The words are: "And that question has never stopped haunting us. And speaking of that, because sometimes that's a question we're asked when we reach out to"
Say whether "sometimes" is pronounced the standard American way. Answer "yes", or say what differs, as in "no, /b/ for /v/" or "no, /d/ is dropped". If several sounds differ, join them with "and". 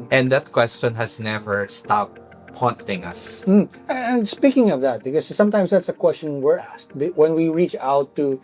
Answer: no, /s/ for /z/